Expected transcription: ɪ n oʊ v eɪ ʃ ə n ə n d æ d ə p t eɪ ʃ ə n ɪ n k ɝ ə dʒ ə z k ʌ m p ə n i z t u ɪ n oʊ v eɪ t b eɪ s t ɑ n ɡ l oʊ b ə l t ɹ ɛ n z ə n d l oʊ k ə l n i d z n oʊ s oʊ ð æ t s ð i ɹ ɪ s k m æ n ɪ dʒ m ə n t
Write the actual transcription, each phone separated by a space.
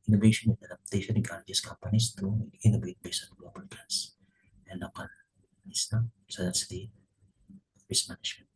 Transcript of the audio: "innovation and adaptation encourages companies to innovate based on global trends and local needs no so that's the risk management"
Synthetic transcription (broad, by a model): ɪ n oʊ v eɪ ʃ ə n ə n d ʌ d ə p t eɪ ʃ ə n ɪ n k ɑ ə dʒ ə s k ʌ m p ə n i s t u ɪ n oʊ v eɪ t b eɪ s ɑ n ɡ l oʊ b ə l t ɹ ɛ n s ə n l oʊ k ə l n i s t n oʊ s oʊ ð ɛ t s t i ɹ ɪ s m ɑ n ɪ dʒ m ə n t